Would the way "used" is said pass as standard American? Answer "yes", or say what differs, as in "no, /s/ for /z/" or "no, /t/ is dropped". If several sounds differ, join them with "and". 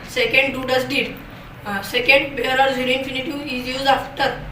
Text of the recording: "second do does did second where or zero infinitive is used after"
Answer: no, /d/ is dropped